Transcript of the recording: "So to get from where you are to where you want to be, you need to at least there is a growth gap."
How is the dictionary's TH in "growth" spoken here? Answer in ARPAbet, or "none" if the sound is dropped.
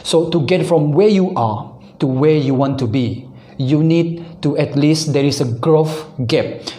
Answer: F